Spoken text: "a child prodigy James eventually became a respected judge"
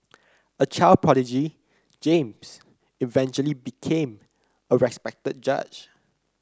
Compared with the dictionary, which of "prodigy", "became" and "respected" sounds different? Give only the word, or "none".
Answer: prodigy